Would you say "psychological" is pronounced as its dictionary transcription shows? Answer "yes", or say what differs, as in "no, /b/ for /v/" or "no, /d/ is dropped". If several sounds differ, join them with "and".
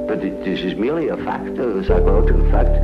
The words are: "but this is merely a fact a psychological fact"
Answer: no, /dʒ/ is dropped